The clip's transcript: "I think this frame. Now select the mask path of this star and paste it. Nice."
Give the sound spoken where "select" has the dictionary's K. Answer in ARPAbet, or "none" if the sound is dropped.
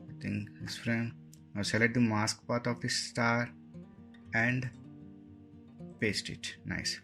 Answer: none